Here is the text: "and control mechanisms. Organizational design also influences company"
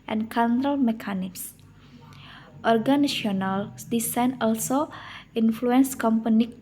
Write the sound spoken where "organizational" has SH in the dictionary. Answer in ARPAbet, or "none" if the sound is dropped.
none